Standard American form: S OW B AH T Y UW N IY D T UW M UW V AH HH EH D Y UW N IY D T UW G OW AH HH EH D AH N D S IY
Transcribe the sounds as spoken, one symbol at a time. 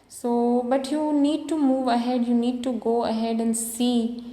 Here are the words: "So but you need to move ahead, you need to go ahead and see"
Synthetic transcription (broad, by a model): S OW B AH T Y UW N IY D T UW M UW V AH HH EH D Y UW N IY D T UW G OW AH HH EH D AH N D S IY